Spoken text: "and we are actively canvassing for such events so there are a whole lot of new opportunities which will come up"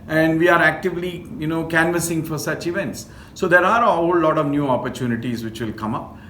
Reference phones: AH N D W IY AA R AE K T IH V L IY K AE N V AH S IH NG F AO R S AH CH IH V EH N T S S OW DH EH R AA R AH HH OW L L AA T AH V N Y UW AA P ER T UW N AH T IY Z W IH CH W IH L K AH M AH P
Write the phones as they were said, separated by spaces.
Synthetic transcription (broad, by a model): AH N D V IY AA R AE K T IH V L IY K AE N V AH S IH NG F AO R S AH CH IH V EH N T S S OW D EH R AA R AH HH OW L L AA T AH V N Y UW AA P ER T UW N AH T IY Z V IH CH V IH L K AH M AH P